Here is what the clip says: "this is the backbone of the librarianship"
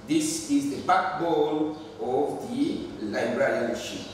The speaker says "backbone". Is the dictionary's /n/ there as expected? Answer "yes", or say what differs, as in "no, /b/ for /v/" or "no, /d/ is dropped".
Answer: no, /l/ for /n/